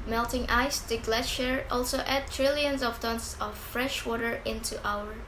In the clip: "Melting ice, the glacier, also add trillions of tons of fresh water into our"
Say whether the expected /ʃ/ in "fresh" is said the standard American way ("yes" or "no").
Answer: yes